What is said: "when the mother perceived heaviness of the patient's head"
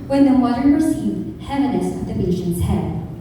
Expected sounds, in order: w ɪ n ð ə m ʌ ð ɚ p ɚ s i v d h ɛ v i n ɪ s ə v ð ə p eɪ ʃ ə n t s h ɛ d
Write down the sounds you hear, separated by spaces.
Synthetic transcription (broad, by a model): w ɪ n ð ə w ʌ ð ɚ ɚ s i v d h ɛ v i n ɪ s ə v ð ə b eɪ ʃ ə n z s h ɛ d